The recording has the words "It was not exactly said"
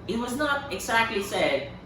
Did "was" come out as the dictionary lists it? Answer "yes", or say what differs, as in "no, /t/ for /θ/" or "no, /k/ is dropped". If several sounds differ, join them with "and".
yes